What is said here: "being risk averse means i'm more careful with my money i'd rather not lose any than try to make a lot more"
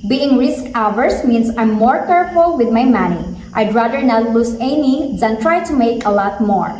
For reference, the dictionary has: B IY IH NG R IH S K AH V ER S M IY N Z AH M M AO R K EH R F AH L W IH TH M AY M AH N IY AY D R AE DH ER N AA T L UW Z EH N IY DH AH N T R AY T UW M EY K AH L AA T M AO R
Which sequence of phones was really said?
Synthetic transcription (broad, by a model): B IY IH NG R IH S K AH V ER S M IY N S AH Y M AO R K EH R F AH L W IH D M AY M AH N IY AY D R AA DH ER N AA T L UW S EH N IY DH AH N T R AY T UW M EY K AH L AA T M AO R